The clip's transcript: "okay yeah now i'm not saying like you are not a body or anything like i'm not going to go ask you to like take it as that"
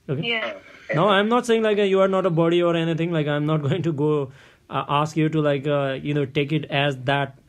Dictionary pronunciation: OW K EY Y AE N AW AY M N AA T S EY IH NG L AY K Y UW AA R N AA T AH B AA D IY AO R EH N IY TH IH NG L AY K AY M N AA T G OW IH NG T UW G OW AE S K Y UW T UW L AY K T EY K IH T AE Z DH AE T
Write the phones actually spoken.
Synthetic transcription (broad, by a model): OW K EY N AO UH AY M N AA T S EY IH NG L AY K Y UW AA R N AA T AH B AA D IY AO R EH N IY T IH NG L AY K AY M N AA T G OW IH NG T UW G OW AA S K Y UW T UW L AY K T EY K IH T AE Z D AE T